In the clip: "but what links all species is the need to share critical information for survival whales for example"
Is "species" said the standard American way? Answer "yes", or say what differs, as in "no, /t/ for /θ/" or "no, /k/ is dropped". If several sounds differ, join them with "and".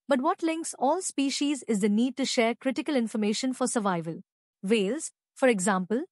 yes